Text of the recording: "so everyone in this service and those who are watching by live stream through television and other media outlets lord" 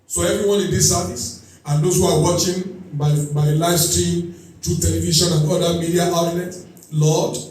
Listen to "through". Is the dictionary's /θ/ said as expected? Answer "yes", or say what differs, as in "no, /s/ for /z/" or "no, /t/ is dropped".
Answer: no, /t/ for /θ/